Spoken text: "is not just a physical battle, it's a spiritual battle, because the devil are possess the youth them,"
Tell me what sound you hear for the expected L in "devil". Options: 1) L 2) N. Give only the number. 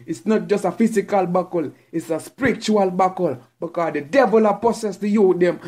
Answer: 1